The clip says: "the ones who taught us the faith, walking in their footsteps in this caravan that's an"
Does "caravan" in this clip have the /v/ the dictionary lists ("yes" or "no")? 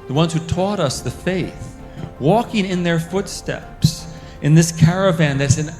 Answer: yes